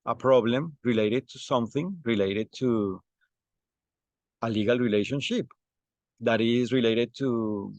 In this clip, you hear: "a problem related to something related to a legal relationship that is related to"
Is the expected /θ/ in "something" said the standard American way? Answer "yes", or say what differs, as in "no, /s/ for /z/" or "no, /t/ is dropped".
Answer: yes